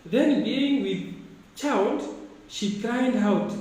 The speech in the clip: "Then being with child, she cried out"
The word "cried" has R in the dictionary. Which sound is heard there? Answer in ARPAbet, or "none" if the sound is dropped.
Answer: L